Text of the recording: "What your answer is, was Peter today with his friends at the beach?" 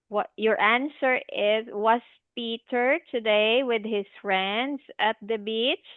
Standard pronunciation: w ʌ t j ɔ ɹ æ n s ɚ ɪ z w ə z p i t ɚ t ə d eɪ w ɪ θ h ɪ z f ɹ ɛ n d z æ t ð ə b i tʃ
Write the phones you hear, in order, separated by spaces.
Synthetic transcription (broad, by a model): w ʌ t j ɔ ɹ æ n s ɚ ɪ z w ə s p i t ɚ t ə d eɪ w ɪ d h ɪ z f ɹ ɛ n d s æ t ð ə b i tʃ